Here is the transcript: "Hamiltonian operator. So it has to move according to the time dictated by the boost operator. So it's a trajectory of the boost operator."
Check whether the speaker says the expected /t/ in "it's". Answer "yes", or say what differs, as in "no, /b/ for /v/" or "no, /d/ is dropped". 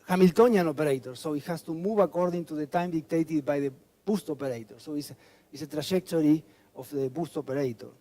no, /s/ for /t/